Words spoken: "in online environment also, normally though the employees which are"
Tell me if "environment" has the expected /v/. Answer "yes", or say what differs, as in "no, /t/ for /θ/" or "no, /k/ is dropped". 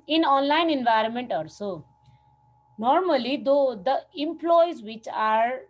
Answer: yes